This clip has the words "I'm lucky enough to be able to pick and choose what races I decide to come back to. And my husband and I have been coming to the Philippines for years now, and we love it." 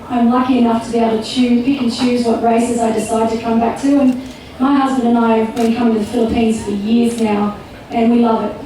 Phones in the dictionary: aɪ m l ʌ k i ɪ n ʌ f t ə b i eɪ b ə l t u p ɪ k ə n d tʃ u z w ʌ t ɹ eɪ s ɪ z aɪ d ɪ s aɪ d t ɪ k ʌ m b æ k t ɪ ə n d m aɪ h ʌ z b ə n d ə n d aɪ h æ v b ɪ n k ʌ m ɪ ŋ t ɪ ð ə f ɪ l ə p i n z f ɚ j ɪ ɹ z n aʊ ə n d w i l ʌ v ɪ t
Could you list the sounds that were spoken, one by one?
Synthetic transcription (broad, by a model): aɪ m l ʌ k i ɪ n ʌ f t ə b i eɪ ə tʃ u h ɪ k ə n tʃ u z w ʌ t ɹ eɪ s ɪ z aɪ d ɪ s aɪ d t ɪ k ʌ m b æ k t ɪ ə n m aɪ h ʌ z b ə n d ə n aɪ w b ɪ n k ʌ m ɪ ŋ t ɪ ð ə f ɪ l ə p i n z f ɚ j ɪ ɹ z n aʊ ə n w i l ʌ v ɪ t